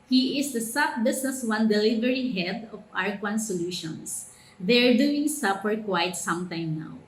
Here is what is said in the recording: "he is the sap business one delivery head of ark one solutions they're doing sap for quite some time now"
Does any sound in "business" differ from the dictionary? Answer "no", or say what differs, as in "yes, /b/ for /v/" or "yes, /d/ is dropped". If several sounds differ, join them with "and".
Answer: yes, /s/ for /z/